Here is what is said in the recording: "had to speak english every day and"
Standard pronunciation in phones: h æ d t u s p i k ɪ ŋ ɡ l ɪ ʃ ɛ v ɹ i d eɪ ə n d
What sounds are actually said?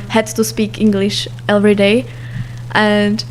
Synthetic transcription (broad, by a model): h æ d t u s p i k ɪ ŋ ɡ l ɪ ʃ ɛ v ɹ i d eɪ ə n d